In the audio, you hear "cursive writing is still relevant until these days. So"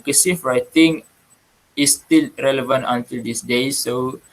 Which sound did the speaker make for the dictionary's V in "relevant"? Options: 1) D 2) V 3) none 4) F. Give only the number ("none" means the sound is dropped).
2